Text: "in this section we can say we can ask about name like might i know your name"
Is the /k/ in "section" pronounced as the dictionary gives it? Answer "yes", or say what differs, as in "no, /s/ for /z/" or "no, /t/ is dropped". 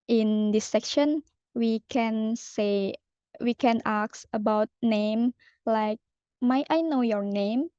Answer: yes